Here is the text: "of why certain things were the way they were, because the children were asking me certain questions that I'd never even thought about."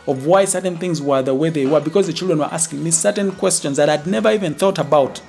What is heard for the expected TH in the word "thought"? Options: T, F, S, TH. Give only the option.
TH